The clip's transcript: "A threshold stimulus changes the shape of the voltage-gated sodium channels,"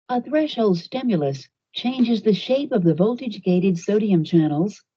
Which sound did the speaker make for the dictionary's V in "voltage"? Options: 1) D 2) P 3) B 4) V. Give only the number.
4